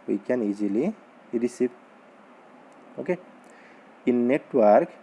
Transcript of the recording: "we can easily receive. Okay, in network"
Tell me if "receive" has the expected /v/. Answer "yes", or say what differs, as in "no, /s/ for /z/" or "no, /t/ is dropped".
no, /p/ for /v/